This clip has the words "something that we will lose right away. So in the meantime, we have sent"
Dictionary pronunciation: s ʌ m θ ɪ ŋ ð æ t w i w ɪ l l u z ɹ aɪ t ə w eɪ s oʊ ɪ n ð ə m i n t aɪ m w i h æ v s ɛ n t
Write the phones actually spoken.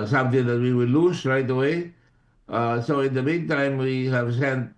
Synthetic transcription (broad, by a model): s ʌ m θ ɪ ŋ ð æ t w i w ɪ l l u s ɹ aɪ t ə w eɪ s oʊ ɪ n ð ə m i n t aɪ m w i h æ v s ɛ n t